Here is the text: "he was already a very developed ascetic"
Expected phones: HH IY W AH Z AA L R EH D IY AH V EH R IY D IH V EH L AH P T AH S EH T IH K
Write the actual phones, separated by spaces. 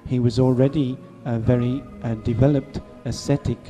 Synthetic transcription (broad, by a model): HH IY W AH Z AA L R EH D IY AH V EH R IY D IH V EH L AH P T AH S EH T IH K